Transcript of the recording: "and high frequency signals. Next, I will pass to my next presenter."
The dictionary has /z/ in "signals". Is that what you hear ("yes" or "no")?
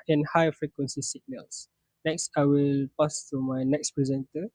no